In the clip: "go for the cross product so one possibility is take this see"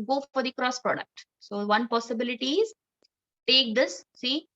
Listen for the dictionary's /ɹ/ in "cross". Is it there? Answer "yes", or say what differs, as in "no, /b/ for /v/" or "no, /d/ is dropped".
yes